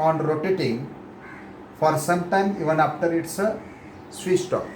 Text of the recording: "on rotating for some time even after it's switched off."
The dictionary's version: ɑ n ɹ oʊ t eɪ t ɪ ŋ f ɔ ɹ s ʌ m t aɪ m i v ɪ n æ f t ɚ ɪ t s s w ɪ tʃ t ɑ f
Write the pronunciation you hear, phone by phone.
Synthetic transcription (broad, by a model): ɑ n ɹ oʊ t eɪ t ɪ ŋ f ɔ ɹ s ʌ m t aɪ m i v ɪ n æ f t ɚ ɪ t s s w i s t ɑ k